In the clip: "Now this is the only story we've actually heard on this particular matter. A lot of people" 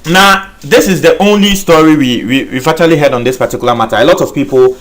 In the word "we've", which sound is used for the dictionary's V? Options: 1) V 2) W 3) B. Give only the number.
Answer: 2